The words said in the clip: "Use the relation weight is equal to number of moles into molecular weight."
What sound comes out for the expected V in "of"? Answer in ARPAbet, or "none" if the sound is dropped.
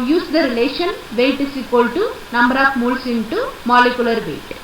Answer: P